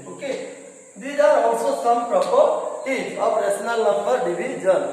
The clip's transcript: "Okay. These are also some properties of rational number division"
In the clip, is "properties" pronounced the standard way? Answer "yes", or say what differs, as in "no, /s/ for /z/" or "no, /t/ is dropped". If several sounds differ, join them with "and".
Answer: no, /z/ is dropped